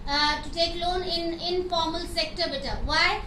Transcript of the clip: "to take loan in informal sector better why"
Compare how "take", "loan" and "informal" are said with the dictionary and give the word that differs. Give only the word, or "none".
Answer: none